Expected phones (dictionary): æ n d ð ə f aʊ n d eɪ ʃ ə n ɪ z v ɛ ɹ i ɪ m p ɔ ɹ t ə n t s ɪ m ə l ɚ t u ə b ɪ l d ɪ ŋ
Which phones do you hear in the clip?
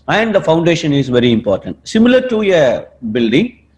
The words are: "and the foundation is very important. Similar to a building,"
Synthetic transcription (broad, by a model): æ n d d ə f aʊ n d eɪ ʃ ə n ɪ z v ɛ ɹ i ɪ m p ɔ ɹ t ə n t s ɪ m ə l ɚ t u ə b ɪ l d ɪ ŋ